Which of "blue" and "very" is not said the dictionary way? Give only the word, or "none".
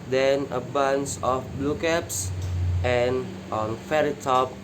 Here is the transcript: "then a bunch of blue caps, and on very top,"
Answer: very